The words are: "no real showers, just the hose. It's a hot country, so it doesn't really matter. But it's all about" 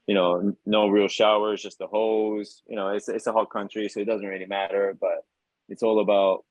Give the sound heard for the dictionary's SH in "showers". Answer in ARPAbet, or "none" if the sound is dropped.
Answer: SH